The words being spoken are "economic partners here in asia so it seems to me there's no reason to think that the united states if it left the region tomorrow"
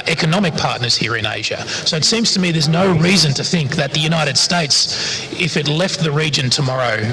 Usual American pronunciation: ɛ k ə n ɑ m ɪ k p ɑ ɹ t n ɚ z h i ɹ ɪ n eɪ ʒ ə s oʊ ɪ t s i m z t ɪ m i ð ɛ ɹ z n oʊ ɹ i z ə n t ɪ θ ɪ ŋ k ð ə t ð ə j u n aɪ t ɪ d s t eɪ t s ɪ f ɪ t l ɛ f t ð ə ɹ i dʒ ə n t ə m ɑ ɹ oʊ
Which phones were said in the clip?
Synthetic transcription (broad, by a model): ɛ k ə n ɑ m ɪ k p ɑ ɹ t n ɚ z h i ɹ ɪ n eɪ ʒ ə s oʊ ɪ t s i m z t ɪ m i ð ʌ ɹ z n oʊ ɹ i z ə n t ɪ θ ɪ ŋ k ð ə t ð ə j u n aɪ t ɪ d s t eɪ t s ɪ f ɪ t l ɛ f t ð ə ɹ i dʒ ə n t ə m ɑ ɹ oʊ